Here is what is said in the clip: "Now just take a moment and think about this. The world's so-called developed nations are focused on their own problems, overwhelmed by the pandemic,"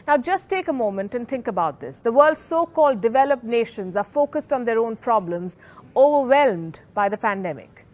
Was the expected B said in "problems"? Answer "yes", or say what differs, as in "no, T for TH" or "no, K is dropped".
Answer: yes